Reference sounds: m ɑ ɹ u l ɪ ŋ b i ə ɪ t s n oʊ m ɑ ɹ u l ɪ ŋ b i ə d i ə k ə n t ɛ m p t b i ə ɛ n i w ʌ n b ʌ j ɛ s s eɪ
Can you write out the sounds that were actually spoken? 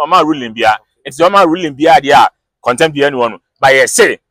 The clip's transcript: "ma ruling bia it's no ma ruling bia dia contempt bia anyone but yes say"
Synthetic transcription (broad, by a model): m ɑ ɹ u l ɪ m b i ə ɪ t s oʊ m ɑ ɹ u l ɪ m b i ə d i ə k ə n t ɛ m t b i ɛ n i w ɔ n b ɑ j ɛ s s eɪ